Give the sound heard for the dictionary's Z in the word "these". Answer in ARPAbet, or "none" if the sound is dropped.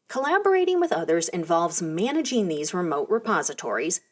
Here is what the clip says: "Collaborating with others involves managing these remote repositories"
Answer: Z